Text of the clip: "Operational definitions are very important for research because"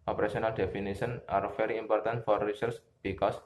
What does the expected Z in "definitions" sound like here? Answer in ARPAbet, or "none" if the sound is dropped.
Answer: none